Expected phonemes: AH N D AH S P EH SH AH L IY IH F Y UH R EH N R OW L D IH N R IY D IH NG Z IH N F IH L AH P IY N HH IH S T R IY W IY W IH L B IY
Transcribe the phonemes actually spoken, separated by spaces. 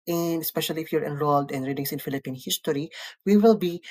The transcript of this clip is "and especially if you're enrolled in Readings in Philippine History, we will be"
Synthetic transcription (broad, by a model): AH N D AH S P EH SH AH L IY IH F Y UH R EH N R OW L D IH N R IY D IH NG S IH N F IH L AH P IY N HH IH S T R IY W IY W IH L B IY